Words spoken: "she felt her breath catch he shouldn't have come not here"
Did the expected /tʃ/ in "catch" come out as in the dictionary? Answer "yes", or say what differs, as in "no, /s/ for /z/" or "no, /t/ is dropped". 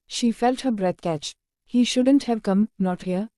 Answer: yes